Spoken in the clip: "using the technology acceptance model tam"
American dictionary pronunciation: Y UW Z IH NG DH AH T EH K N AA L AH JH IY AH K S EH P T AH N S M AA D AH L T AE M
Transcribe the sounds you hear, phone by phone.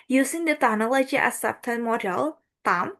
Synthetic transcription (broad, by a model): Y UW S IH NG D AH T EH N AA L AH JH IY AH S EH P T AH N M AA D AH L T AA M